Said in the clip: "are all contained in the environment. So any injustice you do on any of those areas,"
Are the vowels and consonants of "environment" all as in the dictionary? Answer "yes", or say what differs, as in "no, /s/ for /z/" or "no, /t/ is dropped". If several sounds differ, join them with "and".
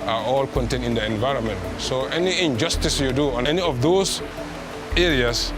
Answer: yes